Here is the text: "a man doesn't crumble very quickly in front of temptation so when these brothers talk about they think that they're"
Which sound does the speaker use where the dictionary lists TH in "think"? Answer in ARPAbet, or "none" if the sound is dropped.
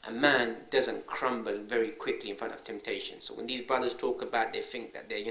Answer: TH